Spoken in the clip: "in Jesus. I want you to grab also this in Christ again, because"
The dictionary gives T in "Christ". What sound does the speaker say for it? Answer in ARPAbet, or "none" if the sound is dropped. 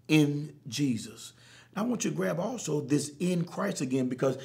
T